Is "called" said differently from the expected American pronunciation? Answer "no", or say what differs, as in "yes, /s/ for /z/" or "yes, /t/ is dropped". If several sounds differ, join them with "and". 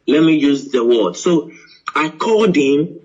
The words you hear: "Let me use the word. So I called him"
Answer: yes, /l/ is dropped